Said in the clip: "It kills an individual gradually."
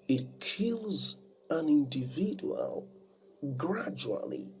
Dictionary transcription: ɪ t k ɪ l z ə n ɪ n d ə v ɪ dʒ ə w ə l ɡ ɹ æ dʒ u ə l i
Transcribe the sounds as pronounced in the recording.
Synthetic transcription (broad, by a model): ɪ t k ɪ l z ə n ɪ n d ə v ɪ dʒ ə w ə l ɡ ɹ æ dʒ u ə l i